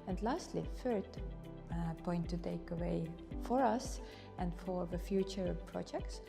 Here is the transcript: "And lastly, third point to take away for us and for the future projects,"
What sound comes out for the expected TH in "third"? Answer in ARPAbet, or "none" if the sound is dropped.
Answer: F